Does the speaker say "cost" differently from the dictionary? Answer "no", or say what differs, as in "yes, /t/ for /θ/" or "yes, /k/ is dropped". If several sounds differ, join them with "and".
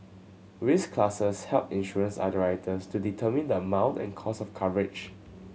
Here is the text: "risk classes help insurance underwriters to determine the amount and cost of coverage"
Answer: yes, /t/ is dropped